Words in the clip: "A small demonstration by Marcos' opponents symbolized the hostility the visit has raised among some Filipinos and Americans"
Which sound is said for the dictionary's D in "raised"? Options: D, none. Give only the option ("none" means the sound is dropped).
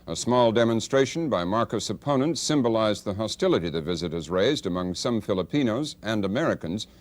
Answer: D